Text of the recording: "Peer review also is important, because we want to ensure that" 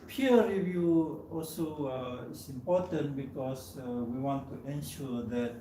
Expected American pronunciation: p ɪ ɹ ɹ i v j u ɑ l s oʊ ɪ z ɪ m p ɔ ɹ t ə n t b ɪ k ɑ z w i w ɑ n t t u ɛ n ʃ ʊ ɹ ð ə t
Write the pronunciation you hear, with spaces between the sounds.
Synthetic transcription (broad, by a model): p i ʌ ɹ i v j u ɑ l s oʊ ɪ s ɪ m p ɔ t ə n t b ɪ k ɑ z w i w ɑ n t t u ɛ n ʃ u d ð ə t